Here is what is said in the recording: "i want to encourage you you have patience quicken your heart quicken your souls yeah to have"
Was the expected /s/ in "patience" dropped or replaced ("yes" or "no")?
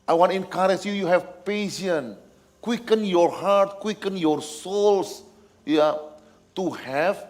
yes